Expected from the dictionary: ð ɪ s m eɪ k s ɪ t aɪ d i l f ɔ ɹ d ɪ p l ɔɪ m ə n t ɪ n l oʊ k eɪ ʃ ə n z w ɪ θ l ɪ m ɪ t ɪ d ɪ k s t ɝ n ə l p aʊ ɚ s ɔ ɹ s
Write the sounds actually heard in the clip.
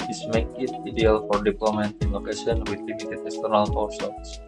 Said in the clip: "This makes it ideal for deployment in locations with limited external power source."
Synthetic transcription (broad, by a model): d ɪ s m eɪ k ɪ t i d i l f ɔ ɹ d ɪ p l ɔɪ m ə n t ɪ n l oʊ k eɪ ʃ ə n w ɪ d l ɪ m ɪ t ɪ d ɪ k s t ɝ n ə l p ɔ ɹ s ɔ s